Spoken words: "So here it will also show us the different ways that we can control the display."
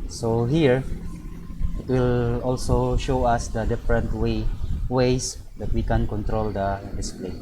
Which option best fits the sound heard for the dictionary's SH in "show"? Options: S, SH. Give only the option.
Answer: SH